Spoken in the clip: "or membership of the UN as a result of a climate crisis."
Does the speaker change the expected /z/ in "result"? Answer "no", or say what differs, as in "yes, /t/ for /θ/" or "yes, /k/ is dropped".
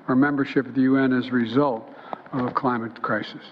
no